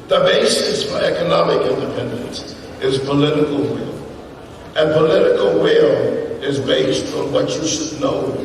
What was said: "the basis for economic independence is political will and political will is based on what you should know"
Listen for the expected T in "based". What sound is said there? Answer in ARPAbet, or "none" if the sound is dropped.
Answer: T